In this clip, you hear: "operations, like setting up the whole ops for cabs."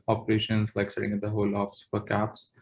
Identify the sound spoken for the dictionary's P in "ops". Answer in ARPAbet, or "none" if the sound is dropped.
F